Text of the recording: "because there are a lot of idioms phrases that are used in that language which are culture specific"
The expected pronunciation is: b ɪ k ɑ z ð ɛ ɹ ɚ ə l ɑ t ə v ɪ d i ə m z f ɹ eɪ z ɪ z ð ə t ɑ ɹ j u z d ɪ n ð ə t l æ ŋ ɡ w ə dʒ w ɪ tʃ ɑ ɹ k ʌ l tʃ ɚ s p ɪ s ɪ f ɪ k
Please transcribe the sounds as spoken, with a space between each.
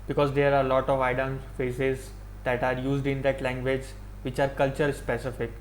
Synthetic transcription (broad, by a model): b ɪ k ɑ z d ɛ ɹ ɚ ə l ɑ t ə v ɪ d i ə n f eɪ s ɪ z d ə t ɑ ɹ j u z d ɪ n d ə t l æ ŋ ɡ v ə dʒ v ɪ tʃ ɑ ɹ k ʌ l tʃ ɚ s p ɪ s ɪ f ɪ k